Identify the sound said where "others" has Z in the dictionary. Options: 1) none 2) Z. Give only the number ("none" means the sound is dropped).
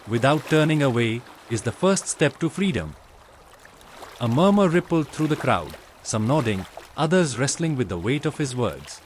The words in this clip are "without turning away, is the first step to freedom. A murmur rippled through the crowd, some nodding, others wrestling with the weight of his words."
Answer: 2